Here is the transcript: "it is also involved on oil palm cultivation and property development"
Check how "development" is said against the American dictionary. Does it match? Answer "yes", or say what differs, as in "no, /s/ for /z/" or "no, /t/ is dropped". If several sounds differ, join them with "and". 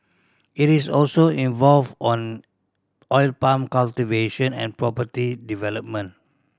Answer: no, /t/ is dropped